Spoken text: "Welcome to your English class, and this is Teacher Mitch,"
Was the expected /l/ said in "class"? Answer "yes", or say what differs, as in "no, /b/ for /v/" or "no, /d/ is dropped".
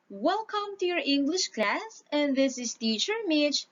yes